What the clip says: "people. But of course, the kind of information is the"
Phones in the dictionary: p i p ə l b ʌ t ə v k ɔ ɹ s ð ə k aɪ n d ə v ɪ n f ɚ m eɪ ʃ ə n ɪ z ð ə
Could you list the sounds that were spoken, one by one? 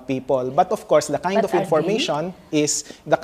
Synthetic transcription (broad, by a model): p i p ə l b ʌ t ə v k ɔ ɹ s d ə k aɪ d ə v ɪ n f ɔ m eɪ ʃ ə n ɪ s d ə